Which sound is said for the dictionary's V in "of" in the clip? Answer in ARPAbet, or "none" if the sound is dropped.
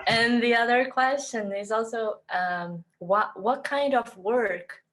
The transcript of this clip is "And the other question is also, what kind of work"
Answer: V